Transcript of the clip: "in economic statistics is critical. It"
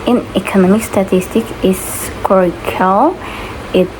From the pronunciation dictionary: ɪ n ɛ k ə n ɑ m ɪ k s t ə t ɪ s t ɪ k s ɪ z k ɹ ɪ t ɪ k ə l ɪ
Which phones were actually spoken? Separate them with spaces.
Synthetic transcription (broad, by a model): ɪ n ɛ k ə n ɑ m ɪ k s t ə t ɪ s t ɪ k ɪ s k ɔ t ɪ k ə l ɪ